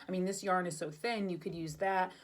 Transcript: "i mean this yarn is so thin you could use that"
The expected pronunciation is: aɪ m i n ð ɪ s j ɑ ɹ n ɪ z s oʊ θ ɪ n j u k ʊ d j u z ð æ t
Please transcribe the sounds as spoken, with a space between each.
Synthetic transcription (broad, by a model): aɪ m i n ð ɪ s j ɑ ɹ n ɪ z s oʊ θ ɪ n j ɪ k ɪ d j u z ð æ t